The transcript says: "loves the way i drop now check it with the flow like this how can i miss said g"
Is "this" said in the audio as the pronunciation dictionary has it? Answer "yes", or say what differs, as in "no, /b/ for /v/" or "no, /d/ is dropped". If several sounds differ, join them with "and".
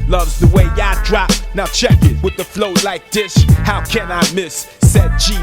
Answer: no, /ʃ/ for /s/